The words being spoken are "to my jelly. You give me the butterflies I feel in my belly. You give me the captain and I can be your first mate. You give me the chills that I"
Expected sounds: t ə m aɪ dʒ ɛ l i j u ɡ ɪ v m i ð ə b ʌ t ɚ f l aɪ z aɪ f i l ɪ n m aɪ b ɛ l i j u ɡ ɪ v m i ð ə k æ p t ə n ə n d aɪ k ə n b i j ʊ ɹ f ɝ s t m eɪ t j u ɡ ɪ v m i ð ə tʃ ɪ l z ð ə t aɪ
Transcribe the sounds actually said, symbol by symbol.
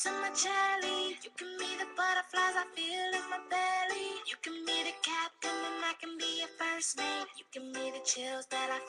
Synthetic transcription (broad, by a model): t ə m aɪ tʃ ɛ l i j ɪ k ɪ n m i ð ə b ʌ t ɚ f l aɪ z aɪ f i l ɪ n m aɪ b ɛ l i j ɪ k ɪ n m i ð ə k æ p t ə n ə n aɪ k ə n b i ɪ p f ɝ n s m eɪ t j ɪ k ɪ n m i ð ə tʃ ɪ l z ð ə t aɪ